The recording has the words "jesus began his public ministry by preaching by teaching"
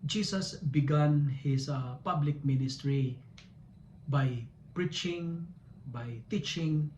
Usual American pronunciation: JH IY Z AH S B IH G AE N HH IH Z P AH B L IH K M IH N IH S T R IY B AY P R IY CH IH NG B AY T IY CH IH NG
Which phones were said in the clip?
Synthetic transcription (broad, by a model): JH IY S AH S B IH G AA N HH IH S P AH B L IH K M IH N IH S T R IY B AY P R IY CH IH NG B AY T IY CH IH NG